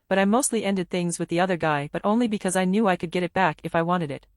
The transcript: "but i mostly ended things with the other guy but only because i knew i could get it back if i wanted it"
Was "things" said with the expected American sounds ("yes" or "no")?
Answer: yes